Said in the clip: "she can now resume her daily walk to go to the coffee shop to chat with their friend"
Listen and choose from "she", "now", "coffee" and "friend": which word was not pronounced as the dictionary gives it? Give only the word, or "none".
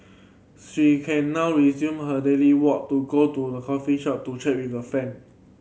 friend